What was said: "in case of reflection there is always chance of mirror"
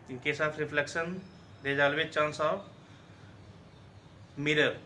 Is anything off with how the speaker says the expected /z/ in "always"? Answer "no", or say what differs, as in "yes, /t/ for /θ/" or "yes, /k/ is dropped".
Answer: yes, /z/ is dropped